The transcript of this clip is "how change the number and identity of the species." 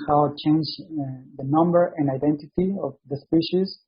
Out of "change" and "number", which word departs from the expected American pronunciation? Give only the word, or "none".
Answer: none